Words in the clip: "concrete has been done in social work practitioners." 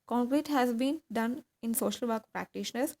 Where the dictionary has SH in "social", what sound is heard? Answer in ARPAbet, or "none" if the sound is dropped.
SH